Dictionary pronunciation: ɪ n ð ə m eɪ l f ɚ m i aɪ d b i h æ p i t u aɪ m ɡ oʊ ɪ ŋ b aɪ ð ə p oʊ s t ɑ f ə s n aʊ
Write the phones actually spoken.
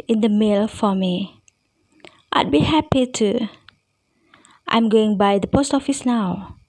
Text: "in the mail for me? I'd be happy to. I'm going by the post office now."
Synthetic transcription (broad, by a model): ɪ n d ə m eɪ l f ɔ m i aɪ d b i h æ p i t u aɪ m ɡ oʊ ɪ ŋ b aɪ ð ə p oʊ s t ɑ f ə s n aʊ